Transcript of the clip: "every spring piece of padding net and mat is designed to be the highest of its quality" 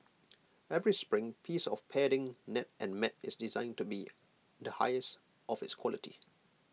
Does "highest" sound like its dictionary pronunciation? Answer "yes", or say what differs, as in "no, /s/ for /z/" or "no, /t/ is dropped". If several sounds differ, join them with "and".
yes